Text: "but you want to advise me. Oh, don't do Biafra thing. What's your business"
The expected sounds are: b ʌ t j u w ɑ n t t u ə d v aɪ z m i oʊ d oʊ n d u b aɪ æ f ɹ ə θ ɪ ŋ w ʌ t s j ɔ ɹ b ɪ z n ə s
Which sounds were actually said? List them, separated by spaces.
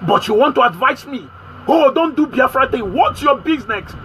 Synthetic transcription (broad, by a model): b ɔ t j u w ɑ n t t u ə d v aɪ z m i oʊ d oʊ n d u b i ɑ f ɹ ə t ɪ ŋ w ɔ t j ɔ b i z n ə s